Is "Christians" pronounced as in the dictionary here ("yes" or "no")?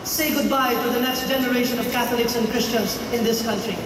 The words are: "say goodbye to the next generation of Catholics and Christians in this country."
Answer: yes